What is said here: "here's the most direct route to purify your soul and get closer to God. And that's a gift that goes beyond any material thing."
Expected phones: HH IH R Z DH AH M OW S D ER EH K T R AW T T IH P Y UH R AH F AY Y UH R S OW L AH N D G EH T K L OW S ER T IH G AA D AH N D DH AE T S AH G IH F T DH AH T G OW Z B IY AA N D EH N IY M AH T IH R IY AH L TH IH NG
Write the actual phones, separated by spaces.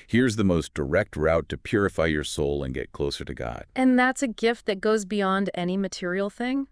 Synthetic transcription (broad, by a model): HH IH R Z DH AH M OW S D ER EH K T R AW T T IH P Y UH R AH F AY Y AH R S OW L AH N G EH T K L OW S ER T IH G AA D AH N DH AE T S AH G IH F T DH AH T G OW Z B IY AA N D EH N IY M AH T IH R IY L TH IH NG